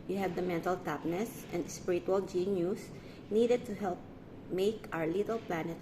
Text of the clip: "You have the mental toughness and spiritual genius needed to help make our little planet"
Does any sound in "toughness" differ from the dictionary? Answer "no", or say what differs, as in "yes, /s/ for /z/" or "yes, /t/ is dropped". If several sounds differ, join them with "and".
yes, /p/ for /f/